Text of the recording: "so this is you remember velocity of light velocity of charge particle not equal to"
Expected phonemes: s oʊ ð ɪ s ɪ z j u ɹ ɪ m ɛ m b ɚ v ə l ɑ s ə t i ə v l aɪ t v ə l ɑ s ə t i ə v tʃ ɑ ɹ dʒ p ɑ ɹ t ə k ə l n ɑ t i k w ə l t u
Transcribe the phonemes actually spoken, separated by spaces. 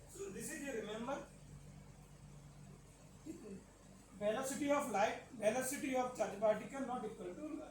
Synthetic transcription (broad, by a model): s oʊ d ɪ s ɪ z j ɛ ɹ ɪ m ɛ m b ɚ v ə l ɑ s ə t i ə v l aɪ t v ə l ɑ s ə t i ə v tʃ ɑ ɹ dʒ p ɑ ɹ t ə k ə n n ɑ t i k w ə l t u